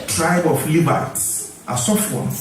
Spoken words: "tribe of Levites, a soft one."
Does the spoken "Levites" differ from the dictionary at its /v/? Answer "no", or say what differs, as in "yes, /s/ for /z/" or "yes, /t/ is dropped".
yes, /b/ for /v/